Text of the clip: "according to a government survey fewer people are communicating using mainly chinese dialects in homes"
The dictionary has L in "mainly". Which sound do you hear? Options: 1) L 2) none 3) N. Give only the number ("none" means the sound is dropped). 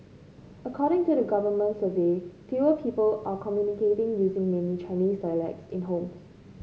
2